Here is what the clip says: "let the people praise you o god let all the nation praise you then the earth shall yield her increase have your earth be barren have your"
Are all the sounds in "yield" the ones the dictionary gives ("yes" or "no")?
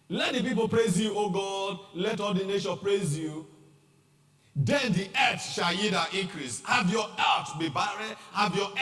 no